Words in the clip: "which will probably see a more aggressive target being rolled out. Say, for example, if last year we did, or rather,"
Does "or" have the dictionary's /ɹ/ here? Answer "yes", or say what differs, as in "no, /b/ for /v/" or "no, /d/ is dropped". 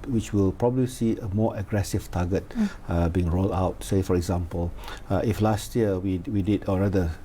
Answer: no, /l/ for /ɹ/